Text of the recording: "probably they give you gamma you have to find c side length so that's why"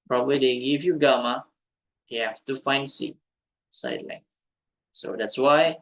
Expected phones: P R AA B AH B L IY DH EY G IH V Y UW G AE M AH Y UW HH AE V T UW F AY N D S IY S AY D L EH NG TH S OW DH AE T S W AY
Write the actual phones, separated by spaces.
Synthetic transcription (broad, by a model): P R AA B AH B L IY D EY G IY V Y UW G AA M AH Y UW HH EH F T UW F AY N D S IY S AY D L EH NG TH S OW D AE T S W AY